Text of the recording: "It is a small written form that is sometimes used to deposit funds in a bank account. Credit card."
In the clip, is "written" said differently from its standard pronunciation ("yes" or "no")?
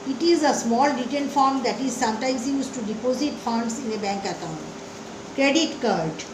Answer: yes